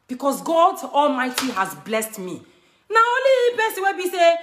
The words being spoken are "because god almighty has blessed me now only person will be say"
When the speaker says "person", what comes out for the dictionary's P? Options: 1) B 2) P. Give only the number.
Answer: 1